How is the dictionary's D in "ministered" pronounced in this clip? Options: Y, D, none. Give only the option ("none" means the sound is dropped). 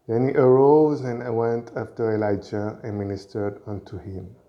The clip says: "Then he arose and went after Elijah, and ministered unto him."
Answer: D